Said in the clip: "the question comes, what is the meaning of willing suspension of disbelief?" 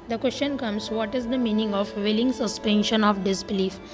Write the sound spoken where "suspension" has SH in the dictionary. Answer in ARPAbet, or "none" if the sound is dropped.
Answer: SH